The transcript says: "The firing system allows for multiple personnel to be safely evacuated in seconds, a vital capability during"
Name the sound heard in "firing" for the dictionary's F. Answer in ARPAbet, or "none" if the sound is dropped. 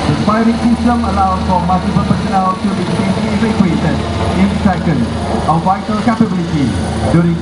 P